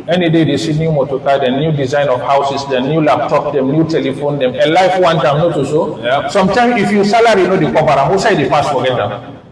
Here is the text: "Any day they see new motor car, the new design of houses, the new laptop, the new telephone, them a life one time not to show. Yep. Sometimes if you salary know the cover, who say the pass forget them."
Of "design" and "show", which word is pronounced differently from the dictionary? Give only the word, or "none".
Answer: show